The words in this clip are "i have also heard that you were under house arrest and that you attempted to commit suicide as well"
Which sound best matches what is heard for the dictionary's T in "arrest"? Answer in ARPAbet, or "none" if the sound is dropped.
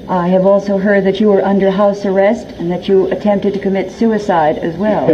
T